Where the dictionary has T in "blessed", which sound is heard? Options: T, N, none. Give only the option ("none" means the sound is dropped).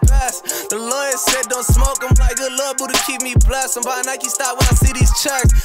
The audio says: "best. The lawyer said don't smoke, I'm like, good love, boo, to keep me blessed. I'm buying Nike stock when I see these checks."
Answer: none